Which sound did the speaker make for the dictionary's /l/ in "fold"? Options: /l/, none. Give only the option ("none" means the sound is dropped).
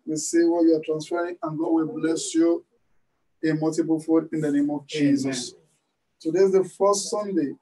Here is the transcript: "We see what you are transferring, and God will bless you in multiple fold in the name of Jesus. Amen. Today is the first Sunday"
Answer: none